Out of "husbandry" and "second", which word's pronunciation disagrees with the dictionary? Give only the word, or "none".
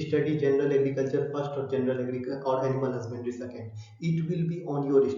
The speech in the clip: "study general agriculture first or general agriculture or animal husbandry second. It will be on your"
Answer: husbandry